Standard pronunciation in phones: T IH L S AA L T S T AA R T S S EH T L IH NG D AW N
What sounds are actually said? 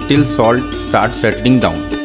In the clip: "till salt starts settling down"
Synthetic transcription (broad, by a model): T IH L S AA L T S T AA R T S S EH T IH NG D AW N